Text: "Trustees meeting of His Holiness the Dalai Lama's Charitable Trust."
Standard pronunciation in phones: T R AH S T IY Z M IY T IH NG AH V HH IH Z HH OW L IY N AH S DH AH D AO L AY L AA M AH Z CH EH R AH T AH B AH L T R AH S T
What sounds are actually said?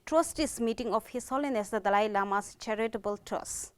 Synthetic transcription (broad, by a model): T R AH S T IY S M IY T IH NG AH F HH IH S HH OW L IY N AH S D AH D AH L AY L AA M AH S CH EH R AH T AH B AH L T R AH S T